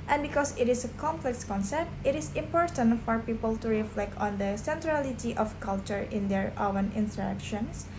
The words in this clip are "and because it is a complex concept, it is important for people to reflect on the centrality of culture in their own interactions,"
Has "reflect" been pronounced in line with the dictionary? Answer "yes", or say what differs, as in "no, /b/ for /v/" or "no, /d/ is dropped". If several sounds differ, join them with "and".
yes